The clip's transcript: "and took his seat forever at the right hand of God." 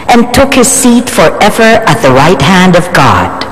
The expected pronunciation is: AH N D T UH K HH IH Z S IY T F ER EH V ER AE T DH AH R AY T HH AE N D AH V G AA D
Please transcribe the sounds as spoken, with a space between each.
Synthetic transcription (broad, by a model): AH N T UH K HH IH Z S IY T F ER EH V ER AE T DH AH R AY T HH AE N D AH V G AA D